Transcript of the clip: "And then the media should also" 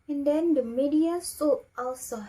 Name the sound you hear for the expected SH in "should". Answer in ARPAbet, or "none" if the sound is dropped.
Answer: S